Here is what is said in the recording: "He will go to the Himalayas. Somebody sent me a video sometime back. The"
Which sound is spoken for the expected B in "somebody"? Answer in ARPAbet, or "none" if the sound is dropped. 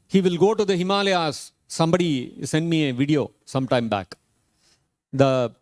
B